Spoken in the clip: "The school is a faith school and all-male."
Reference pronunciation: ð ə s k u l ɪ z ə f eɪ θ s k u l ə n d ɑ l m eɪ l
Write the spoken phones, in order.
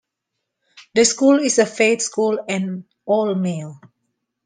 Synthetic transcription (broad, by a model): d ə s k u l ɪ s ə f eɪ t s k u l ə n ɑ l m eɪ l